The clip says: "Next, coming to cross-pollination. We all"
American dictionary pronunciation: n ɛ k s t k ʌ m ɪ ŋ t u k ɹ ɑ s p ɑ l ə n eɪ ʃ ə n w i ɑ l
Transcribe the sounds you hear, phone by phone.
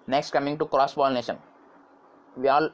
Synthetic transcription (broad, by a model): n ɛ k s t k ʌ m ɪ ŋ t u k ɹ ɑ s b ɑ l n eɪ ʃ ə n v i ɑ l